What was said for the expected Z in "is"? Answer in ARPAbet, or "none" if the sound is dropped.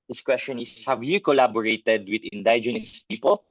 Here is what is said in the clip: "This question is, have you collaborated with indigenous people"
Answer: S